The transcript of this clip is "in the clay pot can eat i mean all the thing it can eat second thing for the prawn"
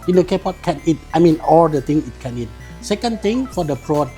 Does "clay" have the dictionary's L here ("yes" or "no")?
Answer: no